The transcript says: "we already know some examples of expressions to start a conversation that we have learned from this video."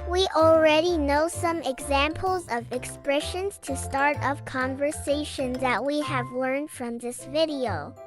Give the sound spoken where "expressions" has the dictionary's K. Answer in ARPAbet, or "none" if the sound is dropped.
K